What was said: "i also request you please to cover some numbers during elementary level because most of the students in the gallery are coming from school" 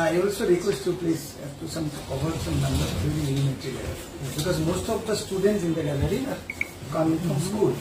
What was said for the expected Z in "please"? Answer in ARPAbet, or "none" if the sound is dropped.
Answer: S